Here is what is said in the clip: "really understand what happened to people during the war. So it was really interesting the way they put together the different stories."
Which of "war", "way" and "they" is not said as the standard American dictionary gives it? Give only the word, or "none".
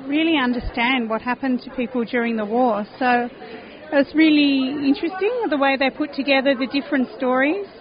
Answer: none